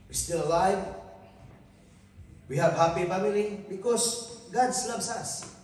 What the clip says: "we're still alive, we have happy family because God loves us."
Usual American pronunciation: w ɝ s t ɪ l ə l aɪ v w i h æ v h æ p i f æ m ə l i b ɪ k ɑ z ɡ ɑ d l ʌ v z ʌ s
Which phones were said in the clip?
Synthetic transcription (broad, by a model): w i s t ɪ l ə l aɪ v w i h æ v h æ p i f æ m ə l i b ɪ k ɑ s ɡ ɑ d l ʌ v s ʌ s